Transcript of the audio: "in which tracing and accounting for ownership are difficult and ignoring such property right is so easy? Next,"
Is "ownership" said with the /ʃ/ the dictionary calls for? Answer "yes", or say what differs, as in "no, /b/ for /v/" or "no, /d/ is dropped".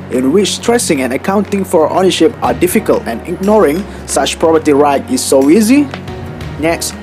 yes